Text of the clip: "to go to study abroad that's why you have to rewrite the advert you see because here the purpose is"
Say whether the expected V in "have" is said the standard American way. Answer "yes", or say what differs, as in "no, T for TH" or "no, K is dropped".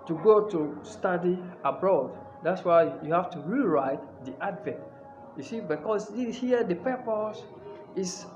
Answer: no, F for V